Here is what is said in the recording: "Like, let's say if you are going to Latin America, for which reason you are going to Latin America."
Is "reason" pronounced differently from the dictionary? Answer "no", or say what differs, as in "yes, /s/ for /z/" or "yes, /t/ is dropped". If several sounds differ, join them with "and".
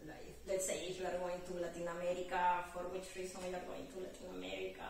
yes, /s/ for /z/